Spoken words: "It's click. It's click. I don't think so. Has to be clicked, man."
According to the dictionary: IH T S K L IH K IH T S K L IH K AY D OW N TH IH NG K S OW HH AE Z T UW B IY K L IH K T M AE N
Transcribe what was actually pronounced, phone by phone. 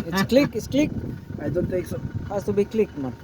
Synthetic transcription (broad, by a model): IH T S K L IH K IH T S K L IH K AY D OW N T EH K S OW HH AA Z T UW B IY K L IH K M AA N